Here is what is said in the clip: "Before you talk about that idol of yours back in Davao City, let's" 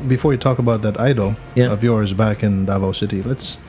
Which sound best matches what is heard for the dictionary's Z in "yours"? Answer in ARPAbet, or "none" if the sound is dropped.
Z